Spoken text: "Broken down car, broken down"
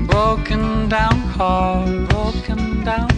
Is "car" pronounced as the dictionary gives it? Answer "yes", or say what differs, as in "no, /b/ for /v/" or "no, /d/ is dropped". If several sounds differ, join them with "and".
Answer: no, /l/ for /ɹ/